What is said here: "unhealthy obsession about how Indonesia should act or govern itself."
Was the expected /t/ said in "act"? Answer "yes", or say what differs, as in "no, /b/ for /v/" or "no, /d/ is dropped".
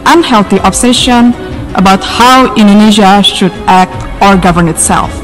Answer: yes